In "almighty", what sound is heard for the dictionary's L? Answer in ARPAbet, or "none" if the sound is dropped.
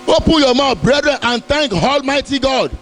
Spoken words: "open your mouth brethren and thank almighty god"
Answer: L